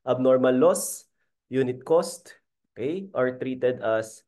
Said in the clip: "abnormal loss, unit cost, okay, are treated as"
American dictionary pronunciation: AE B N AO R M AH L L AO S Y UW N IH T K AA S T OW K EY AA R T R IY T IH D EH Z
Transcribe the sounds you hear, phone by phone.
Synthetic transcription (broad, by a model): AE B N AO R M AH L L AO S Y UW N IH T K AA S T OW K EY AA R T R IY T IH D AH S